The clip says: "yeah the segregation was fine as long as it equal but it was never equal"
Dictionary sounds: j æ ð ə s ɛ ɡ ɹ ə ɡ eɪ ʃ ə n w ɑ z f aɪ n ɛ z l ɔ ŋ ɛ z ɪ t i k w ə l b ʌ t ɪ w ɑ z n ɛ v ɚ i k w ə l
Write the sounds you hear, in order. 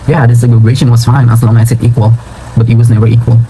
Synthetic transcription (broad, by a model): j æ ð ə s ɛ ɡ ə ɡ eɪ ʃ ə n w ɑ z f aɪ n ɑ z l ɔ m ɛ s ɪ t i k w ə l b ʌ t ɪ w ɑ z n ɛ v ɚ i k w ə l